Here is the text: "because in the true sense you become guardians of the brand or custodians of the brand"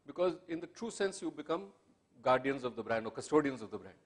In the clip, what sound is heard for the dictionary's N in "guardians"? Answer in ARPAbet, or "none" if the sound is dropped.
N